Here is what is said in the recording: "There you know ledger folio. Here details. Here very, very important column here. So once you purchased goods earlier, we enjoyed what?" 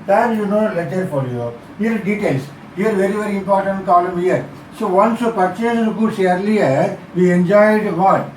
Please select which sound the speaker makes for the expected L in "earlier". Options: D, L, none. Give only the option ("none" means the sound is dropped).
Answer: L